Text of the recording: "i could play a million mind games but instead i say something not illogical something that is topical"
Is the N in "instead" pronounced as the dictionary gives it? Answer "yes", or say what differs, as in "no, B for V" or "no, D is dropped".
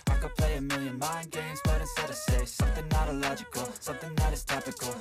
no, N is dropped